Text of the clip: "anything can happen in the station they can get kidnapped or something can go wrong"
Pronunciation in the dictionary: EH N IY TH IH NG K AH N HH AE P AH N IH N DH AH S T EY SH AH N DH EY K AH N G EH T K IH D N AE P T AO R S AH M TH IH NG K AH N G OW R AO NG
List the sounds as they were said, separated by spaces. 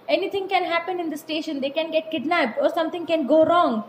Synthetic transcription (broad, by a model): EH N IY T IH NG K AH N HH AE P AH N IH N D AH S T EY SH AH N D EY K AH N G EH T K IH D N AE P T AO R S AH M T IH NG K AH N G OW R AO NG